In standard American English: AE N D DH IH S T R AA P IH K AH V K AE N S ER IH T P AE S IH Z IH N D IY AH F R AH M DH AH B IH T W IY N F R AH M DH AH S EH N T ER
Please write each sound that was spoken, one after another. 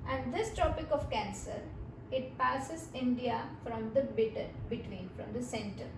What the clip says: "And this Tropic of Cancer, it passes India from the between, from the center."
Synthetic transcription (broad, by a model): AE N D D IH S T AA P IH K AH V K AE N S ER IH T P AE S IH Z IH N D IY AH F R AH M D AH B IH T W IY N F R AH M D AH S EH N T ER